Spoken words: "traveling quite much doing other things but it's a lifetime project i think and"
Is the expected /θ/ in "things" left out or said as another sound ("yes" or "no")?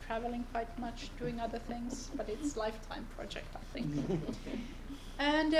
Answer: no